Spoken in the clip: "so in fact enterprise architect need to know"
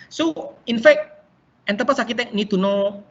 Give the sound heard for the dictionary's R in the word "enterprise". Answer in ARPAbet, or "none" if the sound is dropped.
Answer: none